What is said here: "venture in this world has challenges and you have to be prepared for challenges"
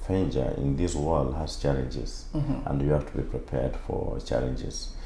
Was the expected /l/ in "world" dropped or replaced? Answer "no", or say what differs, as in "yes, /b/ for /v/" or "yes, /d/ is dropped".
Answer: no